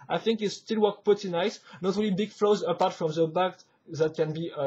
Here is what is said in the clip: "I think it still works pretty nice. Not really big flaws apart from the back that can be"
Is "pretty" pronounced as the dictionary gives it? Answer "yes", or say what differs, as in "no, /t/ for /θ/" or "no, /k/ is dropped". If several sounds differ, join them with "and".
no, /ɹ/ is dropped